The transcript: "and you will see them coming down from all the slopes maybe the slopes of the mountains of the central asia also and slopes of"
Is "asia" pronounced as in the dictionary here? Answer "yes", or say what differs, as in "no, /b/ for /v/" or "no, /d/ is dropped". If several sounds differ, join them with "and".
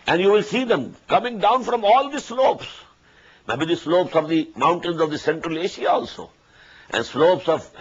no, /ʃ/ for /ʒ/